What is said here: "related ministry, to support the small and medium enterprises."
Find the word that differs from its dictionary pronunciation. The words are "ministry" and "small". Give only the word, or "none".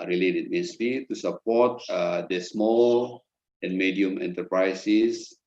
ministry